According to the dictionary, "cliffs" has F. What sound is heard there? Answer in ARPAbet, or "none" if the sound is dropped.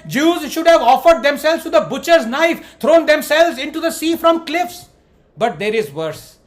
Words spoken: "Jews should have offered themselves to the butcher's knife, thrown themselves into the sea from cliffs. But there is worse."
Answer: F